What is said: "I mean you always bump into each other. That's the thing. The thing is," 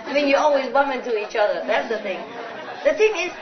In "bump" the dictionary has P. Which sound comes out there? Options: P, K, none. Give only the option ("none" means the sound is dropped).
none